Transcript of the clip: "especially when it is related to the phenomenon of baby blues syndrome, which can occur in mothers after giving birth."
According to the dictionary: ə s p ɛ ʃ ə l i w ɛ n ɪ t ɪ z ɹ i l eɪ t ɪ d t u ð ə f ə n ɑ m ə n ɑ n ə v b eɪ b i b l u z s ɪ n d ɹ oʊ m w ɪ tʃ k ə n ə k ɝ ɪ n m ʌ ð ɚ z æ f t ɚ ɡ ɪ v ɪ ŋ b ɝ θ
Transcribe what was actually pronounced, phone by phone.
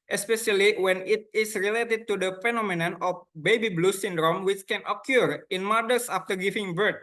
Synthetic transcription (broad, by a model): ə s p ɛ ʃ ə l i w ɛ n ɪ t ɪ s ɹ i l eɪ t ɪ d t u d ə f ə n ɑ m ə n ɑ n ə f b eɪ b i b l u s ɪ n d ɹ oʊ m w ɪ tʃ k ə n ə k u ɪ n m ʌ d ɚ s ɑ f t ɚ ɡ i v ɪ ŋ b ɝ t